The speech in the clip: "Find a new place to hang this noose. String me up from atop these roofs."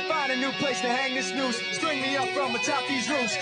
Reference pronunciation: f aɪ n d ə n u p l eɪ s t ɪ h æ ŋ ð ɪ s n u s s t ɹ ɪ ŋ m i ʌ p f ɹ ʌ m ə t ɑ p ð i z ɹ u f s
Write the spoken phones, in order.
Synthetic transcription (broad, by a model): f aɪ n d ə n u p l eɪ s t ɪ h æ ŋ ð ɪ s n u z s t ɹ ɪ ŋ m i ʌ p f ɹ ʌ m ə t ɑ p ð i z ɹ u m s